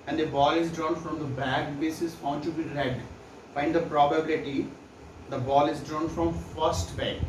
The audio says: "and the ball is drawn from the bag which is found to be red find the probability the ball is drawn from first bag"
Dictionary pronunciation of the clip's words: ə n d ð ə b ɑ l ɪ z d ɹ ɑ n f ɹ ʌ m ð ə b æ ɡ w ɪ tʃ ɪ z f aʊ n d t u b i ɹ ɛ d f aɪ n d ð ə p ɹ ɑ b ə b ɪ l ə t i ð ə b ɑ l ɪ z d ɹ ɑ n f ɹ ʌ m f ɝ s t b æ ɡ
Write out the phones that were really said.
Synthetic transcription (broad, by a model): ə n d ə b ɑ l ɪ z d ɹ ɑ n f ɹ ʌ m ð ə b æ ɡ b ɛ s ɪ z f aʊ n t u b i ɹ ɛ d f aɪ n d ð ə p ɹ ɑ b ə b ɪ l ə t i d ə b ɑ l ɪ z d ɹ ɑ n f ɹ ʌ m f ɝ s t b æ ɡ